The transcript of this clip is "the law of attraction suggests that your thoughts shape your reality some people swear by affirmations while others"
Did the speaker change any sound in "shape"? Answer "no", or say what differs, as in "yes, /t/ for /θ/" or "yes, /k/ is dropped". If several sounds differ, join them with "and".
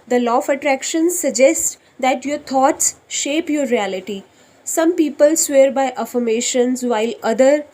no